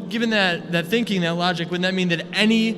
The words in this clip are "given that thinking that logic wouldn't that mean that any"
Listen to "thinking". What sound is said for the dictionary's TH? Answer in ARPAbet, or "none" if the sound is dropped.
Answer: TH